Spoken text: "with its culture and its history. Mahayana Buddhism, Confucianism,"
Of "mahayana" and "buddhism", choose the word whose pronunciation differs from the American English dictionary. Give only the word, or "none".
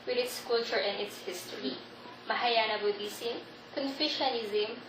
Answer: buddhism